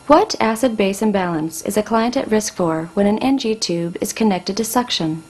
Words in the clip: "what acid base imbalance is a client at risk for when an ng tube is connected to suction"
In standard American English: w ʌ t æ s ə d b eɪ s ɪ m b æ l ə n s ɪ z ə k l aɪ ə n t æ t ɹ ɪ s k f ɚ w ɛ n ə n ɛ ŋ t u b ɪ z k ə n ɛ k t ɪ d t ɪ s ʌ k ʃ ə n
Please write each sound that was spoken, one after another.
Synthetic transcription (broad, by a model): w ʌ t æ s ə d b eɪ s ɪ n b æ l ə n s ɪ z ə k l aɪ ə n t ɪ t ɹ ɪ s k f ɚ w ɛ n ə n ɛ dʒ t u b ɪ z k ə n ɛ k t ɪ d t ɪ s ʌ k ʃ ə n